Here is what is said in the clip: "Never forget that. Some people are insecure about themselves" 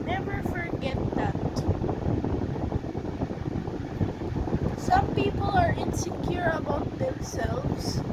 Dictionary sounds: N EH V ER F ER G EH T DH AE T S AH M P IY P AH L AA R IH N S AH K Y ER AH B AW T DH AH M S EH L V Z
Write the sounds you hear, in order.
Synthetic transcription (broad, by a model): N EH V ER F ER G EH T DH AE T S AH M P IY P AH L AA R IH N S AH K Y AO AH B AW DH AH M S EH L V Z